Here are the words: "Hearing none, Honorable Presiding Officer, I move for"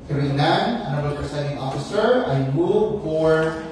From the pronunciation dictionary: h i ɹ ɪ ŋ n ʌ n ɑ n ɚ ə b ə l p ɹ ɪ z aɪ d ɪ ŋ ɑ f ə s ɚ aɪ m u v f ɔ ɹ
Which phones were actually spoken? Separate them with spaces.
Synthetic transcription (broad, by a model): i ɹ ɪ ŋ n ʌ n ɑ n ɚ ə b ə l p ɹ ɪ s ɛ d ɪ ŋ ɑ f ə s ɚ aɪ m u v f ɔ ɹ